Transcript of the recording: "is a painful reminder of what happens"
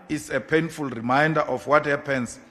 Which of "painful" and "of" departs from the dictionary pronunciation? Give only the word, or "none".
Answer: of